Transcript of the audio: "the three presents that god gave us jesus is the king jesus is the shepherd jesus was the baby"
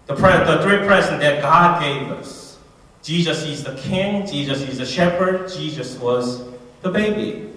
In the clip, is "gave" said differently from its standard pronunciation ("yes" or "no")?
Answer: no